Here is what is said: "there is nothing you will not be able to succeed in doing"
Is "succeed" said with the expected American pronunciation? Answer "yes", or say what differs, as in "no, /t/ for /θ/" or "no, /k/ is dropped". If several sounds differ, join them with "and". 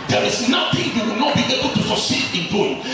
no, /k/ is dropped